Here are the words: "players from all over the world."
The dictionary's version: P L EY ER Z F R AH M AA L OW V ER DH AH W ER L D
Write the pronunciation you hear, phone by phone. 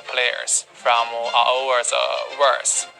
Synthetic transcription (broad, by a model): P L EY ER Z F R AH M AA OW W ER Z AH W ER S